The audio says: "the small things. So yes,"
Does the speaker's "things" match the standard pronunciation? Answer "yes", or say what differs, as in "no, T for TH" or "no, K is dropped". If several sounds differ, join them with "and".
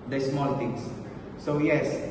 no, T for TH